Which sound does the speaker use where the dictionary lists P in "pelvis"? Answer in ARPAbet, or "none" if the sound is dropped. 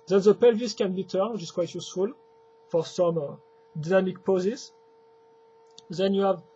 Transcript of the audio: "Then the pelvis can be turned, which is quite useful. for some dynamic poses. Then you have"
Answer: P